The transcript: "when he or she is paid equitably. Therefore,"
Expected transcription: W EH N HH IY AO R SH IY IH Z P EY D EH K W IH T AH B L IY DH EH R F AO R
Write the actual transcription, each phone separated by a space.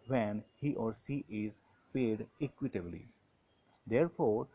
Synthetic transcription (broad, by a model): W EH N HH IY AO R S IY IH Z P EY D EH K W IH T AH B L IY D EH R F AO R